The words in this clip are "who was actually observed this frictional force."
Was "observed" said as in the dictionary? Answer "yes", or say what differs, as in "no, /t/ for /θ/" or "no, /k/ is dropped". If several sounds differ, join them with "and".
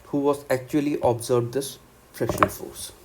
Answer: no, /b/ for /v/